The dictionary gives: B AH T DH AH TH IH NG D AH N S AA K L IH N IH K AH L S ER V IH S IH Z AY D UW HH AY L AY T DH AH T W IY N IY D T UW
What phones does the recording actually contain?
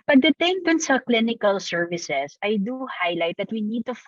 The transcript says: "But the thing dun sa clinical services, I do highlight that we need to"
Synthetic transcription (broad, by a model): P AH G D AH T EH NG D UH N S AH K L IH N IH K AH L S ER V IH S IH S AY D UW HH AY L AY T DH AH T W IY N IY D T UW